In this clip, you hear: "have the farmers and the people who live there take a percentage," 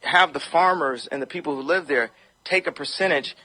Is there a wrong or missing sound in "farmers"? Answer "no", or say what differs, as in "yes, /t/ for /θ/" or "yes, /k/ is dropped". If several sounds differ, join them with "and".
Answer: no